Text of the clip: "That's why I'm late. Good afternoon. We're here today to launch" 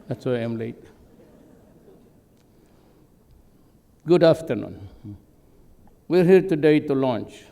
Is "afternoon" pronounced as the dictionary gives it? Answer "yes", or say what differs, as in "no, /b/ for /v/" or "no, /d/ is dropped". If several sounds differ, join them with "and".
yes